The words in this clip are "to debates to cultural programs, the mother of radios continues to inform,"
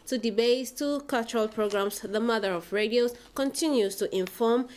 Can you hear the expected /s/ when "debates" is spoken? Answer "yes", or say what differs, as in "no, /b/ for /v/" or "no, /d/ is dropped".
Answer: no, /s/ is dropped